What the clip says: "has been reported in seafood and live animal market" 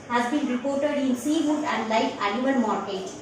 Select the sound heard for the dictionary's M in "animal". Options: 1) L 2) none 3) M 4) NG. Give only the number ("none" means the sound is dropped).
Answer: 2